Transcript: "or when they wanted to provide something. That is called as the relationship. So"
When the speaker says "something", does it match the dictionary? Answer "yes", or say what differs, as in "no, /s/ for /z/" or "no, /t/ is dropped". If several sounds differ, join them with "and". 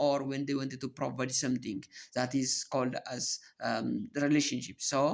no, /t/ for /θ/